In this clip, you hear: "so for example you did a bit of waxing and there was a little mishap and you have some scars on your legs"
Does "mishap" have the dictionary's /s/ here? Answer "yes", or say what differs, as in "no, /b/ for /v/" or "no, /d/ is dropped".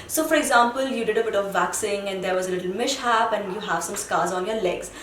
no, /ʃ/ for /s/